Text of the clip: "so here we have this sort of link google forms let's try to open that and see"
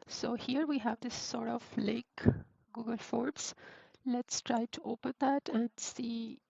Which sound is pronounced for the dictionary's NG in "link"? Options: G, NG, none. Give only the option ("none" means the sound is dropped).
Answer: none